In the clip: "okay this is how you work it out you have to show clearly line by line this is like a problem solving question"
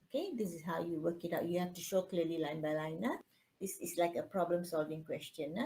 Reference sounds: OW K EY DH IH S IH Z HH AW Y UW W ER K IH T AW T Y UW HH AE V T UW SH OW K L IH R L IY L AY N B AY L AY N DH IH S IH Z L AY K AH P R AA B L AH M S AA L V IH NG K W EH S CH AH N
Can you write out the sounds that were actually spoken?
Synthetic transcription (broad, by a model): OW K EY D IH S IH S HH AW Y UW W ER K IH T AW T Y UW HH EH F T UW SH OW K L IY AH L IY L AY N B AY L AY N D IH S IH S L AY K AH P R AA B L AH M S AA L V IH NG K W EH S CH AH N